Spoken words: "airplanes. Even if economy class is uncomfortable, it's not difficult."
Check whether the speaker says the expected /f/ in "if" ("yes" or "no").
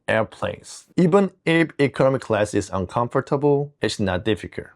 no